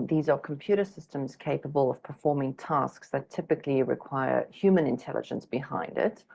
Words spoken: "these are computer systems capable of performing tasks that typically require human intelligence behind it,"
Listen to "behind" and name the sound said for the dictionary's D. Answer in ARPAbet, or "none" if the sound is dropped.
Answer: D